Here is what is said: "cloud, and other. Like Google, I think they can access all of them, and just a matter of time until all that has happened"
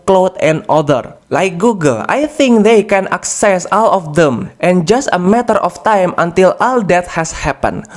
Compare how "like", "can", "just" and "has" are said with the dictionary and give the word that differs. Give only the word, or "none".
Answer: has